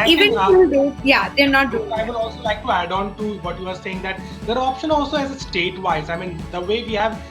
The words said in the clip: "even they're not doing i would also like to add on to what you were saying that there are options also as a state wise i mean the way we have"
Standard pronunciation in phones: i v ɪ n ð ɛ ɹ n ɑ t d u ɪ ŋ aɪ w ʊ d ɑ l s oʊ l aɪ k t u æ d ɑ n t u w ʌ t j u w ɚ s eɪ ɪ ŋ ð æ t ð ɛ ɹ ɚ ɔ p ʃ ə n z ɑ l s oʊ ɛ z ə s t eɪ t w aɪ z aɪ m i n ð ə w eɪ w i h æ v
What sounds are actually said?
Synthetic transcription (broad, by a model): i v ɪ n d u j n ɑ t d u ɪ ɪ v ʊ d ɑ l s oʊ l aɪ k t u æ d ɑ n t u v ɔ t j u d s eɪ ɪ ŋ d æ t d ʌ ɹ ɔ p ʃ ə n ɑ l s oʊ ɛ z ə s t eɪ t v aɪ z aɪ m i n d ə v eɪ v i h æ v